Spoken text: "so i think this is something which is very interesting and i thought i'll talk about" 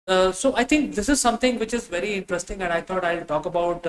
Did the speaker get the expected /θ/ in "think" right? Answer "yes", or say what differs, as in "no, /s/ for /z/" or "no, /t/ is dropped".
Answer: no, /t/ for /θ/